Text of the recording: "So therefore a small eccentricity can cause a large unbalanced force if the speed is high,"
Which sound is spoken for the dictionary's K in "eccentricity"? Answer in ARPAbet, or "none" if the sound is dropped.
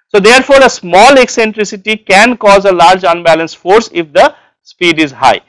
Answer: K